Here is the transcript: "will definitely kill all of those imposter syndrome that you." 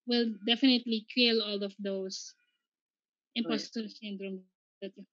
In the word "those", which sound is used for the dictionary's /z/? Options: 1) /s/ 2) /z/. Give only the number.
1